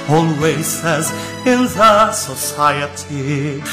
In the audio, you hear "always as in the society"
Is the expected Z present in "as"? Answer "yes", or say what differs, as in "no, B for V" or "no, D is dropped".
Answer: yes